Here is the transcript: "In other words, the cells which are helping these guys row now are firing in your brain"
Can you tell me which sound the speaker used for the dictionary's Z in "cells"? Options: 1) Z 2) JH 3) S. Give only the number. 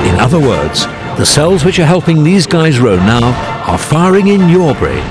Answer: 1